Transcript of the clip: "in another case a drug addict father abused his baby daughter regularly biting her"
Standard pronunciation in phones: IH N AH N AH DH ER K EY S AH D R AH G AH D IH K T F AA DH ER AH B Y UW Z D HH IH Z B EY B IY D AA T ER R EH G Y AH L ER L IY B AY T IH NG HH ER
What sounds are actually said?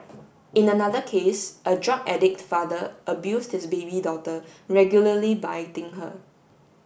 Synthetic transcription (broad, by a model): IH N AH N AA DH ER K EY S AH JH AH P AH D IH K T F AA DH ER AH B Y UW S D HH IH S B EY B IY D AA T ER R EH G Y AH L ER L IY B AY T IH NG HH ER